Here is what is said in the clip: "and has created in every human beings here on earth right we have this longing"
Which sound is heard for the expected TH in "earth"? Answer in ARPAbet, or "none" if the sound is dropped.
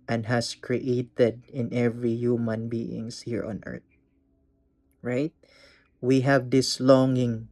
T